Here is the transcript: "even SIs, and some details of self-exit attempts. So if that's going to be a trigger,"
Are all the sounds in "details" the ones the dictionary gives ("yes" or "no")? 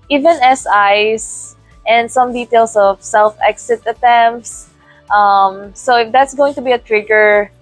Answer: no